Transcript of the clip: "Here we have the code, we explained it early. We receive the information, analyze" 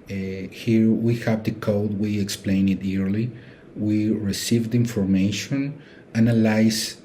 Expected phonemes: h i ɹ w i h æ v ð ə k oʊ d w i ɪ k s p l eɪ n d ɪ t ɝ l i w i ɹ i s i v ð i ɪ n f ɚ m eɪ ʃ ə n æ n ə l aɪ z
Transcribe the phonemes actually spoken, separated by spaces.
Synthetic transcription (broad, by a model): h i ɹ w i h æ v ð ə k oʊ d w i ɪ k s p l eɪ n ɪ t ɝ l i w i ɹ i s i v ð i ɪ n f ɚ m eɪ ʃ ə n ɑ n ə l aɪ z